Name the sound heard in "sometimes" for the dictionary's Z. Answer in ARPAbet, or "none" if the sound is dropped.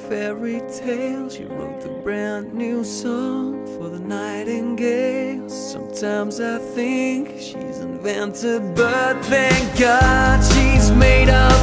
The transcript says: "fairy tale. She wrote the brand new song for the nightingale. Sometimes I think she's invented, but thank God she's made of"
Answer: Z